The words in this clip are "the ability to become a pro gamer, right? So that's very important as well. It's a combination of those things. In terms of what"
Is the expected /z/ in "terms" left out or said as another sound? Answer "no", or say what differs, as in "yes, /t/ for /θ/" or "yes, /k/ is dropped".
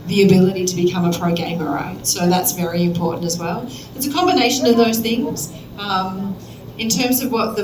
no